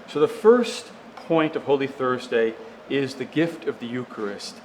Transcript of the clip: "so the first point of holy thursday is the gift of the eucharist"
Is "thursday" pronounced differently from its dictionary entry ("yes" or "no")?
no